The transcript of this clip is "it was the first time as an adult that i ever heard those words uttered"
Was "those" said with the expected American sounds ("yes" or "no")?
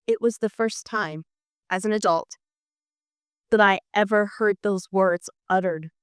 yes